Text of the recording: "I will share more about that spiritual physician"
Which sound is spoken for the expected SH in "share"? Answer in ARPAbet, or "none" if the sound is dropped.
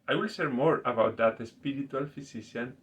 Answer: S